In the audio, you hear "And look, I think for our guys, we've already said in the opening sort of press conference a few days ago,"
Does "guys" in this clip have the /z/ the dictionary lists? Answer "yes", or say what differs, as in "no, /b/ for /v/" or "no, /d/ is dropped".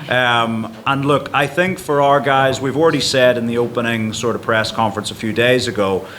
yes